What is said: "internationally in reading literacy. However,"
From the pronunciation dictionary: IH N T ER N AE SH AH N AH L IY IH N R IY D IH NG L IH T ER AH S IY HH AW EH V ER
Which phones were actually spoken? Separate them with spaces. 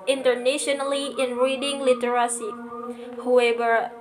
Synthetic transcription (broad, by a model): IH N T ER N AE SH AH N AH L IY IH N R IY D IH NG L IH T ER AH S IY HH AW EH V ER